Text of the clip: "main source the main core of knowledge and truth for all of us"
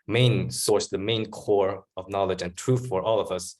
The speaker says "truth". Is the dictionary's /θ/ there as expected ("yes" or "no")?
yes